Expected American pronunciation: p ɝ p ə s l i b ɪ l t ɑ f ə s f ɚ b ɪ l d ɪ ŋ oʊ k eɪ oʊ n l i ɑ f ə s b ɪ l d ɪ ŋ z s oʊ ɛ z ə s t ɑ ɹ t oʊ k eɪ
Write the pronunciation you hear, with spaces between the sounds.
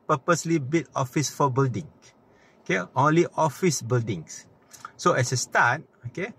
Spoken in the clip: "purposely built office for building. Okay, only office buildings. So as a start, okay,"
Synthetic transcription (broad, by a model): p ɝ p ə s l i b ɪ t ɑ f ə s f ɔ b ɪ l d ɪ ŋ oʊ k eɪ oʊ n l i ɑ f ə s b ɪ l d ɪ ŋ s s oʊ ɛ s ə s t ɑ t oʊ k eɪ